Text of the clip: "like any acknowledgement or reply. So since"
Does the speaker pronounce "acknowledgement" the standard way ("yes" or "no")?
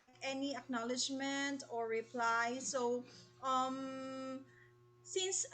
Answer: yes